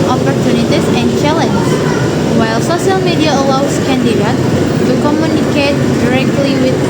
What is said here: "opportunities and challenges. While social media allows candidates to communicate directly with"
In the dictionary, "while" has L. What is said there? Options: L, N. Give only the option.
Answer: L